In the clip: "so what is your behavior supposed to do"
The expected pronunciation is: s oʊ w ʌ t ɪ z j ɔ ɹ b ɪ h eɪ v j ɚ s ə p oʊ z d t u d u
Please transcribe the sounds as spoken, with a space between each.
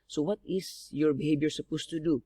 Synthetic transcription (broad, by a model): s oʊ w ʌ t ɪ s j ɔ ɹ b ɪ h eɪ b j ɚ s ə p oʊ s t u d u